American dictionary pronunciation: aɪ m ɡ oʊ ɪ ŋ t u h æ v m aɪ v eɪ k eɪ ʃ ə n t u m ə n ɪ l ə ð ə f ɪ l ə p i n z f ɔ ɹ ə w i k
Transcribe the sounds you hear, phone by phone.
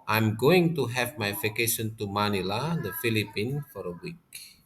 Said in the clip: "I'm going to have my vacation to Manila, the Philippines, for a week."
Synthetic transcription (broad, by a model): aɪ m ɡ oʊ ɪ ŋ t u h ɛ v m aɪ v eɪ k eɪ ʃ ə n t u m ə n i l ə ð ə f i l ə p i n f ɔ ɹ ə w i k